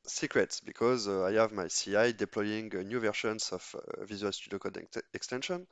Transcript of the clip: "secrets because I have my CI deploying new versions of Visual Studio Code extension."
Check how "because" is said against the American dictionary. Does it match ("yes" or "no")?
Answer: yes